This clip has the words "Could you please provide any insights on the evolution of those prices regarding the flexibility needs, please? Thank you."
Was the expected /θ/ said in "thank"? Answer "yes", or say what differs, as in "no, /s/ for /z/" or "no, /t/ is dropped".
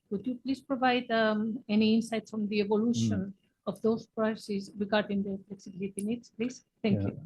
no, /t/ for /θ/